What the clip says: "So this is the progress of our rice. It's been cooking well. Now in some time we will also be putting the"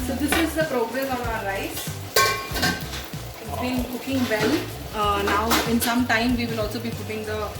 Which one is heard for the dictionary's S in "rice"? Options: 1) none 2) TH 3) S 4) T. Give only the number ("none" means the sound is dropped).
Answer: 1